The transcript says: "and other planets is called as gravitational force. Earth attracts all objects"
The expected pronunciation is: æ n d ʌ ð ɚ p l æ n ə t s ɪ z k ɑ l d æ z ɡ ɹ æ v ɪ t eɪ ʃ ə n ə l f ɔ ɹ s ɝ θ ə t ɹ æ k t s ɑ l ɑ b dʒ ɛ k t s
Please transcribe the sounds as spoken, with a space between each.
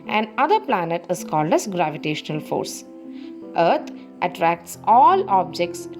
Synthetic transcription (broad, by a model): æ n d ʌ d ɚ p l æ n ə t ɪ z k ɑ l d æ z ɡ ɹ æ v ɪ t eɪ ʃ ə n ə l f ɔ ɹ s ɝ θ ə t ɹ æ k t s ɑ l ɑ b dʒ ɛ k t s